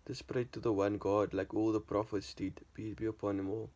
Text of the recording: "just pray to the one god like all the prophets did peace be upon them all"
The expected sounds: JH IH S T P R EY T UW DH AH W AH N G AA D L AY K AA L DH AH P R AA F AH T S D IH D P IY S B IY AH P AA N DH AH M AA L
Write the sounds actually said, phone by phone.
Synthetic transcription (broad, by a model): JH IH S P R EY T UW DH AH W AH N G AA D L AY K AA L DH AH P R AA F AH T S D IH D B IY B IY AH P AA N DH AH M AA L